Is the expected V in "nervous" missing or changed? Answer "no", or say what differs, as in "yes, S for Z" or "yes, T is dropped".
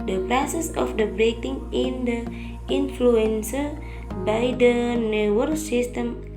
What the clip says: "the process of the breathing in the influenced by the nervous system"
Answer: yes, W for V